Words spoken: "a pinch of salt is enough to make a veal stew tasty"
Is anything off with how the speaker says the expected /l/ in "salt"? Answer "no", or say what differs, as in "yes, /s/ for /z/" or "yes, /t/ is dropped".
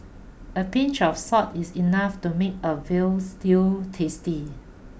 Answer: yes, /l/ is dropped